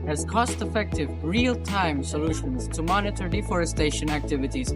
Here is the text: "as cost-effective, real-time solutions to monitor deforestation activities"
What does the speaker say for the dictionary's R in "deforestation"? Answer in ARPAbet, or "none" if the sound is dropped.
R